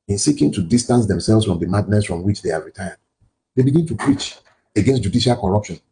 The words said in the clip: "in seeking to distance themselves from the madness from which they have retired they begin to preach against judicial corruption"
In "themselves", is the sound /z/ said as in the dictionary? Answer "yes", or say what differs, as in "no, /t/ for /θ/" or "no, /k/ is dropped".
no, /s/ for /z/